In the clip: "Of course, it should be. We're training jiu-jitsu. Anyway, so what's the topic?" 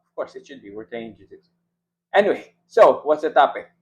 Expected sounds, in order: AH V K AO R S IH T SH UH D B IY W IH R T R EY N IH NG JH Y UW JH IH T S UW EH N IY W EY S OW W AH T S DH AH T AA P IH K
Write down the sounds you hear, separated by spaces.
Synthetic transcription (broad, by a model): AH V K AO R S IH T SH UH D B IY W IH R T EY IH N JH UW Z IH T EH N IY W EY S OW W AH T S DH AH T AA P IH K